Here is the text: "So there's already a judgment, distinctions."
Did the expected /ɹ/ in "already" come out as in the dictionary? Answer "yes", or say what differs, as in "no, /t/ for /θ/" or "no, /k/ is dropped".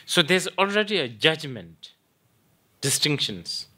yes